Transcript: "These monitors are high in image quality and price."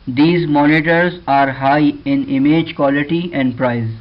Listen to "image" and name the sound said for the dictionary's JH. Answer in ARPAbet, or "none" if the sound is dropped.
JH